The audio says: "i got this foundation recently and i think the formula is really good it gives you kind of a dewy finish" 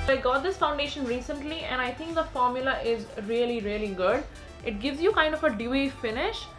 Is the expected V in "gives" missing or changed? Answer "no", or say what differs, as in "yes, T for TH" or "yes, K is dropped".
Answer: no